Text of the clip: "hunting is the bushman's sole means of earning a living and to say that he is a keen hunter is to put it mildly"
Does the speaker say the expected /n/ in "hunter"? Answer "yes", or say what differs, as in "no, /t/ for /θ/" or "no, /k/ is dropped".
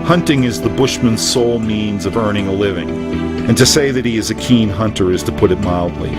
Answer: yes